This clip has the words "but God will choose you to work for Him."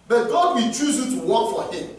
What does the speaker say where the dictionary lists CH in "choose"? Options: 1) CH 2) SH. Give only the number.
1